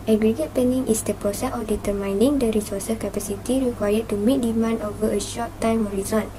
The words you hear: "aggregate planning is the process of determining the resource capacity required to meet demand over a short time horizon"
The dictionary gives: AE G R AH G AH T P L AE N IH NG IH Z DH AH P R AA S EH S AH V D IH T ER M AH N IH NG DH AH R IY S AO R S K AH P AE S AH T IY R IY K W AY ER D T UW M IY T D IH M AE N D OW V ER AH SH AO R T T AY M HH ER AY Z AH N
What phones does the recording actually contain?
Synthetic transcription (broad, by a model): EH G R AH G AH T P EH N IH NG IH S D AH P R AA S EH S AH F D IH T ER M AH N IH NG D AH R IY S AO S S K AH P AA S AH T IY R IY K W AY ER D T UW M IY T D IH M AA N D OW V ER AH SH AO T T AY M HH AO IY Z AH N